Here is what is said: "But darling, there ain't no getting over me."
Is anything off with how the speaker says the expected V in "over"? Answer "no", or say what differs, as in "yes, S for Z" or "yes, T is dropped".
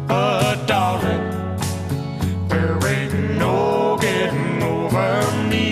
no